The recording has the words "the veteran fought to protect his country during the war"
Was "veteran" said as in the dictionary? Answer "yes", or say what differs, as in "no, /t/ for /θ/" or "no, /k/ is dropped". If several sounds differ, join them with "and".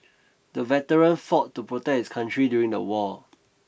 yes